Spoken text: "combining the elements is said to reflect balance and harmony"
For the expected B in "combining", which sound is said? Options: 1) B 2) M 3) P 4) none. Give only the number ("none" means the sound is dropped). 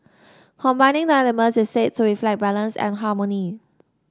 1